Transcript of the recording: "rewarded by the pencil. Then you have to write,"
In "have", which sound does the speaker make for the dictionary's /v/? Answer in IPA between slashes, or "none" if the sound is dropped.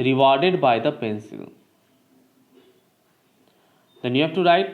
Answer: /f/